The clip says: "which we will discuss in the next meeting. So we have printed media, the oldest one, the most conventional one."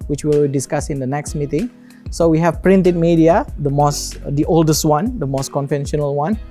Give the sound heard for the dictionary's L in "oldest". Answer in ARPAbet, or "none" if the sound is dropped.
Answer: L